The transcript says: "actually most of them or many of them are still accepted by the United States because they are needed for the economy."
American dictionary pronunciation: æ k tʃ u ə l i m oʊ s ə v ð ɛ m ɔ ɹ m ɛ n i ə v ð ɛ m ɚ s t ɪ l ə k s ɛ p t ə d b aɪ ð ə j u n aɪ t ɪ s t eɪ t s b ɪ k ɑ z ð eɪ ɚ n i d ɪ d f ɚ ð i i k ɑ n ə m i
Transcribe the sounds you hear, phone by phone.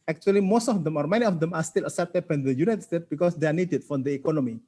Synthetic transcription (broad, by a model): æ k tʃ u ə l i m oʊ s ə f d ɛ m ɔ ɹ m ɛ n i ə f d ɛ m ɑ s t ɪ l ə s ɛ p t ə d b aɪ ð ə j u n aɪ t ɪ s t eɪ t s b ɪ k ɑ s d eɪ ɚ n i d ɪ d f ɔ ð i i k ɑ n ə m i